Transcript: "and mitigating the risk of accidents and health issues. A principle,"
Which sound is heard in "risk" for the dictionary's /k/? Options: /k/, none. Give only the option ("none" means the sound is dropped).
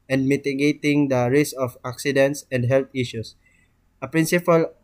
none